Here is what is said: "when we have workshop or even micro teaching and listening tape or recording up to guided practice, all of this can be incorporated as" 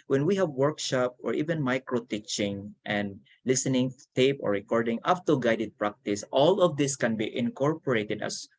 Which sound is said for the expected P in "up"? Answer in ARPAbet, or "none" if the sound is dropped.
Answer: F